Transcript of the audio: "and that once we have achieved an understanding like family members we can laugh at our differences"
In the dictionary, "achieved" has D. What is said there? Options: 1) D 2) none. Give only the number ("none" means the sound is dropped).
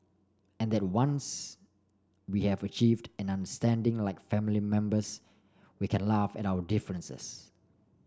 1